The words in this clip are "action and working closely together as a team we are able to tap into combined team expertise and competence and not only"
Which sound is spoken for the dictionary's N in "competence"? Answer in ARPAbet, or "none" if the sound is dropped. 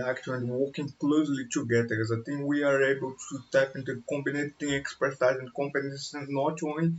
none